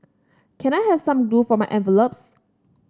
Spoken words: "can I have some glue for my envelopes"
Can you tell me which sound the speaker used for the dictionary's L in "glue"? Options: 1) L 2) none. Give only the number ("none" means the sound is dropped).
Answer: 2